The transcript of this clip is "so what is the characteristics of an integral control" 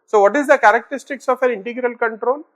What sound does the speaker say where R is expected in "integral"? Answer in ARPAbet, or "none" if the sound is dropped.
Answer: R